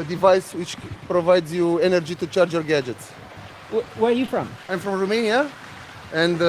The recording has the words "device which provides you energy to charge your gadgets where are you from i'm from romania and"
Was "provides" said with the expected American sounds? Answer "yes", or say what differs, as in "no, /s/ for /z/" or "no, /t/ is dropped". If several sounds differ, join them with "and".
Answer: yes